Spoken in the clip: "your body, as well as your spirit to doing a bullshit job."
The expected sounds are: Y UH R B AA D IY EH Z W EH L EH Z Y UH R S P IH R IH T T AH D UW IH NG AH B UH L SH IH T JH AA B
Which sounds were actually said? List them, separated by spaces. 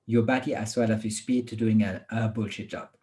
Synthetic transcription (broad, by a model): Y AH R B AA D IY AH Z W EH L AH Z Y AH S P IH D T AH D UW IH NG AH B UH L SH IH T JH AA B